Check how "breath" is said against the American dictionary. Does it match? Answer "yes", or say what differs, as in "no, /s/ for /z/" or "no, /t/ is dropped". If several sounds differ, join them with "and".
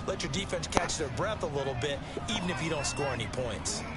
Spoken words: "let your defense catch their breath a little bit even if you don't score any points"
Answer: yes